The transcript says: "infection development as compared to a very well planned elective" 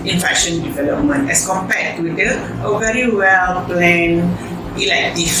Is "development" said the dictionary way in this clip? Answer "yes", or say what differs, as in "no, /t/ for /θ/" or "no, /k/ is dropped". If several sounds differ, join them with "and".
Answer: yes